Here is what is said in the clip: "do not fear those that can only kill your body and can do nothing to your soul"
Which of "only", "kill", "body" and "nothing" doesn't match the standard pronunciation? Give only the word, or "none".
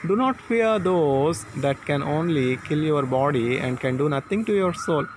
nothing